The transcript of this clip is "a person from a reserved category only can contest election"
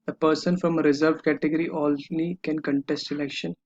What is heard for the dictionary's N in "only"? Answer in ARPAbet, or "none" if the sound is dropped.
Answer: L